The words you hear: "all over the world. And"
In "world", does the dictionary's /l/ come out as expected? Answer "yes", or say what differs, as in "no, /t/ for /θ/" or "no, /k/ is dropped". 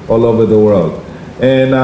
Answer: yes